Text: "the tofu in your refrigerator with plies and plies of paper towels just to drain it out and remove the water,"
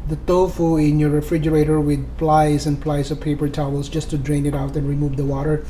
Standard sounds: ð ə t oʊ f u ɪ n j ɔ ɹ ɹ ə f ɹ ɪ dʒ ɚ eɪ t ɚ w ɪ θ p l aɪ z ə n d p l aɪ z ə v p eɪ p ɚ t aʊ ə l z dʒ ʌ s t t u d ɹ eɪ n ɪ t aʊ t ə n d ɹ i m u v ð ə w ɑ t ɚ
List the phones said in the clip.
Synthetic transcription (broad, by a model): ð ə t oʊ f u ɪ n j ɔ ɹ ɹ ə f ɹ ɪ dʒ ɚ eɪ t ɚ w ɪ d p l aɪ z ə n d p l aɪ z ə v p eɪ p ɚ t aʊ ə l s dʒ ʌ s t t u d ɹ eɪ n ɪ t aʊ t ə n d ɹ i m u v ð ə w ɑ t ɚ